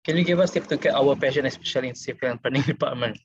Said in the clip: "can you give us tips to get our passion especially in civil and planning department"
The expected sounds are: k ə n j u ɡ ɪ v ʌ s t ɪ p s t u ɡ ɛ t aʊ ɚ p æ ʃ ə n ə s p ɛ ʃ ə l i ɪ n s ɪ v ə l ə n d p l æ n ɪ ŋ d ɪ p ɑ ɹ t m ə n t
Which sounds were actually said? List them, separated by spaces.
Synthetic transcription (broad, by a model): k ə n j u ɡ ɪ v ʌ s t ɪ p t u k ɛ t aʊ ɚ p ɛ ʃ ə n ə s p ɛ ʃ ə l i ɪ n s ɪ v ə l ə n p ɑ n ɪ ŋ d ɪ p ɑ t m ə n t